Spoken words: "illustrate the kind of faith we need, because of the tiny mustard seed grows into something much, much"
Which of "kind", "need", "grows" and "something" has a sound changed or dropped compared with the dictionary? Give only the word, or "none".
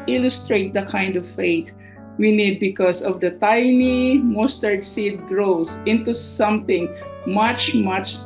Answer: grows